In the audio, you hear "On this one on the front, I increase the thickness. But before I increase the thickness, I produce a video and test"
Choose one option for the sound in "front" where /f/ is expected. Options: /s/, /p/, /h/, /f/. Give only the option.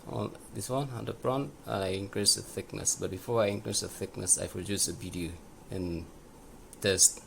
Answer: /p/